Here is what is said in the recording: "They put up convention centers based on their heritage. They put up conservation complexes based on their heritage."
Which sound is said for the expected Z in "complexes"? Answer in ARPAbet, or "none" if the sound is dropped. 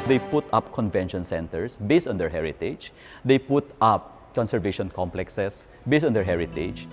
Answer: S